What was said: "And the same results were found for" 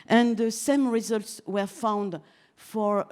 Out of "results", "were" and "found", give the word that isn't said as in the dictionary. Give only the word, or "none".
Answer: none